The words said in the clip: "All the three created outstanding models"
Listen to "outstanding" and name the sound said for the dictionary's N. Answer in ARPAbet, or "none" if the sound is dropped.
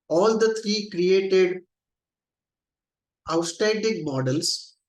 none